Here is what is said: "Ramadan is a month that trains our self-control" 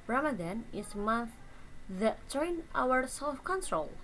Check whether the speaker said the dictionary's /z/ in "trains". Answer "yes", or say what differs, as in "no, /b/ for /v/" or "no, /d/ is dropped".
no, /z/ is dropped